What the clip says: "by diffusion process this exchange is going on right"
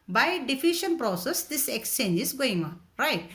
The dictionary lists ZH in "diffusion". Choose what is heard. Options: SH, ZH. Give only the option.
SH